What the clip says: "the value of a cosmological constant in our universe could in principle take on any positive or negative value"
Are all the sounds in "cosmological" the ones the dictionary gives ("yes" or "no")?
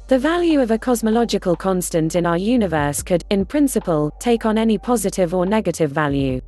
yes